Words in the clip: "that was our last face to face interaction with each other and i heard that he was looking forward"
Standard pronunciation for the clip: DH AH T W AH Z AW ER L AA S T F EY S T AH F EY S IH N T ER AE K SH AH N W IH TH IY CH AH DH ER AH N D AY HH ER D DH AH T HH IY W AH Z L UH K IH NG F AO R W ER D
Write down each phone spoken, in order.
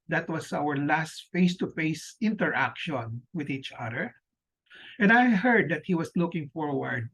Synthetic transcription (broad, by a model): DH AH T W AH S AW ER L AA S T F EY S T AH F EY S IH N T ER AE K SH AH N W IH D IY CH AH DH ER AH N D AY HH ER D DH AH T HH IY W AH S L UH K IH NG F AO R W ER D